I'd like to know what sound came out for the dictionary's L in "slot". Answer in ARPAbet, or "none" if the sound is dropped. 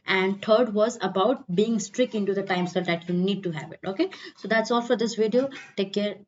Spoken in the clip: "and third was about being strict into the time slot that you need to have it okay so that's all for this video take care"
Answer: none